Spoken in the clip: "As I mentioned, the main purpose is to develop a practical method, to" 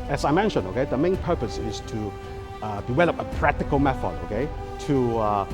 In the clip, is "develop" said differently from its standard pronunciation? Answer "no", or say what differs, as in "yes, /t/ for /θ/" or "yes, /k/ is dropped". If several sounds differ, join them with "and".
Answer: yes, /w/ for /v/